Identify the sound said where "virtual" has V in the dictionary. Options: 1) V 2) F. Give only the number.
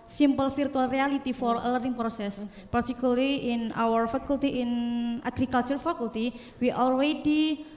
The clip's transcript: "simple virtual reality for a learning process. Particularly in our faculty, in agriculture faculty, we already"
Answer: 2